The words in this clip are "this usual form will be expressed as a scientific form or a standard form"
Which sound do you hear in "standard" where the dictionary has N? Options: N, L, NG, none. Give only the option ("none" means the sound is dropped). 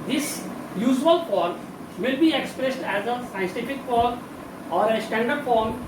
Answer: N